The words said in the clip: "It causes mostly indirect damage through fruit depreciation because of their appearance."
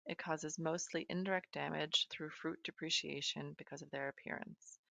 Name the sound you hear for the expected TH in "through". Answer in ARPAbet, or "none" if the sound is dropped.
TH